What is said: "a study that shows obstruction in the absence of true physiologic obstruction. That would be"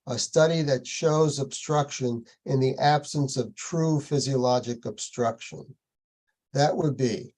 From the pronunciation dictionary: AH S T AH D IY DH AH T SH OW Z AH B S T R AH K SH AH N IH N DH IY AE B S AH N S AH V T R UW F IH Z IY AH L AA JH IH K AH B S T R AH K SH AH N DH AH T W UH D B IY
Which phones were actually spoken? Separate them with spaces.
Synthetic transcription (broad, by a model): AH S T AH D IY DH AH T SH OW Z AH B S T R AH K SH AH N IH N DH IY AE B S AH N S AH V T R UW F IH Z IY AH L AA JH IH K AH B S T R AH K SH AH N DH AH T W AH D B IY